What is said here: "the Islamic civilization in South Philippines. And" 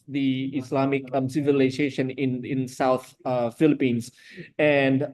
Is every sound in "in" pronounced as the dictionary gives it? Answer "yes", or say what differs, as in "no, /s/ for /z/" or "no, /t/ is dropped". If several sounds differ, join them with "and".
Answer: yes